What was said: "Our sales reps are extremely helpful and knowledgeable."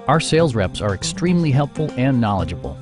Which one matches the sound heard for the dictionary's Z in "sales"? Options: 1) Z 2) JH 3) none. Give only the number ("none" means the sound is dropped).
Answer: 1